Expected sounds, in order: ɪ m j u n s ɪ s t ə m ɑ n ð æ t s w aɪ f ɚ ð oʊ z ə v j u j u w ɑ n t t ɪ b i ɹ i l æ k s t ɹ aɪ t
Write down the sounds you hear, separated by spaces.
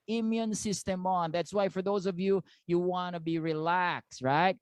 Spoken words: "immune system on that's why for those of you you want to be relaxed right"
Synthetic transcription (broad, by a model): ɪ m j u n s ɪ s t ə m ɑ n ð æ t s w aɪ f ɚ ð oʊ z ə v j u j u w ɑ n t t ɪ b i ɹ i l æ k s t ɹ aɪ t